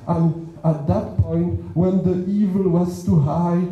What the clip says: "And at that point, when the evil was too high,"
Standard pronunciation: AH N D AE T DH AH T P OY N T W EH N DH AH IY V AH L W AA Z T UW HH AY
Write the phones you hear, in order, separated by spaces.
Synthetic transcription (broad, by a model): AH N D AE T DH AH T P OY N T W EH N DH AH IY V AH L W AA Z T UW HH AY